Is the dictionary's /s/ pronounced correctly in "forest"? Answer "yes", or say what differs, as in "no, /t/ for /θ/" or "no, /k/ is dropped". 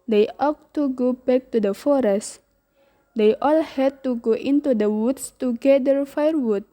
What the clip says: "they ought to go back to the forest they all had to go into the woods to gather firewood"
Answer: yes